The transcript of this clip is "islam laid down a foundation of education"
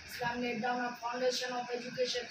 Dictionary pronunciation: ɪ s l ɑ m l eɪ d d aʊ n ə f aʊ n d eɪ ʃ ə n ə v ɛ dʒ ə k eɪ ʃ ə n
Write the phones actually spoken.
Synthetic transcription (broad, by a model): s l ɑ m n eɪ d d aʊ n ə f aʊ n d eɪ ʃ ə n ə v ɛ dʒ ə k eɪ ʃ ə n